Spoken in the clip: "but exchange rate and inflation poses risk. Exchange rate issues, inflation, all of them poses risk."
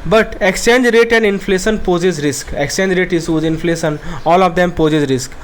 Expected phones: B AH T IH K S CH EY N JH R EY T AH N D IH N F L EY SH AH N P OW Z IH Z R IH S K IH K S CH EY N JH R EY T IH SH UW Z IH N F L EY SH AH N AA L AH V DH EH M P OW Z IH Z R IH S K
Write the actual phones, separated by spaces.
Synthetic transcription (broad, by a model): B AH T IH K S CH EY N JH R EY T AH N D IH N F L EY SH AH N P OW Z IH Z R IH S K IH K S CH EY N JH R EY T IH S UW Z IH N F L EY SH AH N AA L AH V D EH M P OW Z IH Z R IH S K